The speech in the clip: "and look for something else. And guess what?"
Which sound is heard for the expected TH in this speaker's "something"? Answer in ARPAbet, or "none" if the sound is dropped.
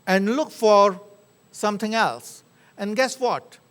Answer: T